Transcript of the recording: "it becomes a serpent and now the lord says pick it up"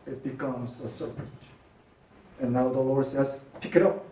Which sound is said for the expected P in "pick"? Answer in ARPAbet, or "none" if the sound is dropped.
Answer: P